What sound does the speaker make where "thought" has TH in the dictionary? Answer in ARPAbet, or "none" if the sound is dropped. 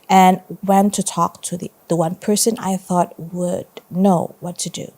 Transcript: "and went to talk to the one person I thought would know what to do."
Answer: TH